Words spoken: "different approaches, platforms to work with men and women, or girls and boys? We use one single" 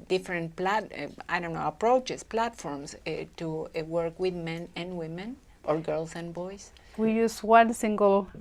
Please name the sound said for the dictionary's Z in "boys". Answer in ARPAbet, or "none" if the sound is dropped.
S